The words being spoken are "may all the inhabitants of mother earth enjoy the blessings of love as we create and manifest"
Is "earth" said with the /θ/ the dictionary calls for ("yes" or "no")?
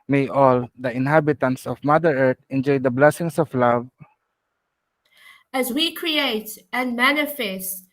no